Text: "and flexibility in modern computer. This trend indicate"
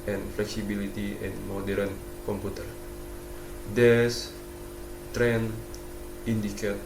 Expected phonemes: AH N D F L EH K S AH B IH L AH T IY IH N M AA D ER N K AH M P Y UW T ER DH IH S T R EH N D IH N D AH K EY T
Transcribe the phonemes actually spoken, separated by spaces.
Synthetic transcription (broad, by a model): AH N F L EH K S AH B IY L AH T IY IH N M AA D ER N K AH M P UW T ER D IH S T R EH N IY N D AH K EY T